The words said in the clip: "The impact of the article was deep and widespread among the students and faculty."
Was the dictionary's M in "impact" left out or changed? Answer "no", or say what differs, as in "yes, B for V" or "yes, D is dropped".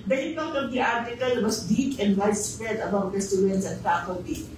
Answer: yes, M is dropped